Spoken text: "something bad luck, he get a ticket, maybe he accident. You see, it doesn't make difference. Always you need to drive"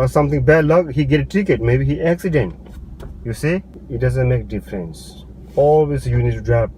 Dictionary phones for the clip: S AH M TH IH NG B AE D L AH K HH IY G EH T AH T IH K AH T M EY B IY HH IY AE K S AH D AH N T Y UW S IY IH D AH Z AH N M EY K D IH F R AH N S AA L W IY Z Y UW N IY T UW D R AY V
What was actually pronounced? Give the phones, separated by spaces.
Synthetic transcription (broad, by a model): S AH M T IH NG B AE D L AH K HH IY G EH T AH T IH K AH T M EY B IY HH IY AE K S AH D AH N T Y UW S IY IH D AH Z AH N M EY K D IH F R AH N S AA L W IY S Y UW N IY T UW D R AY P